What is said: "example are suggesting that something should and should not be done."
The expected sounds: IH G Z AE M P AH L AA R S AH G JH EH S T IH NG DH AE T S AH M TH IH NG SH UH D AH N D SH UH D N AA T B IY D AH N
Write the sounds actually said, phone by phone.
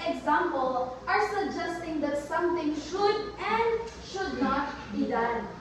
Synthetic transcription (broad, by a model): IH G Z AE M P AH L AA R S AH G JH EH S T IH NG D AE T S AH M T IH NG SH UH D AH N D SH UH D N AA T B IY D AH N